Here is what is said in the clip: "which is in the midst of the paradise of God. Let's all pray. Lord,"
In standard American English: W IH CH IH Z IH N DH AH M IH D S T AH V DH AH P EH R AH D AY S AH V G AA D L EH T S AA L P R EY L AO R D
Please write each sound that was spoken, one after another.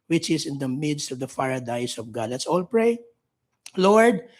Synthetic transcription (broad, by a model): W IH CH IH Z IH N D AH M IH D S T AH V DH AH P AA R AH D AY S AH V G AA D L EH T S AA L P R EY L AO R D